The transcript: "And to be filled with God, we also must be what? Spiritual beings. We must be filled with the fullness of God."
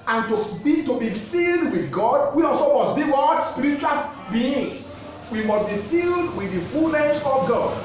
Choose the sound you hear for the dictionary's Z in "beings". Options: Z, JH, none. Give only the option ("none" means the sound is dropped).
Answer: none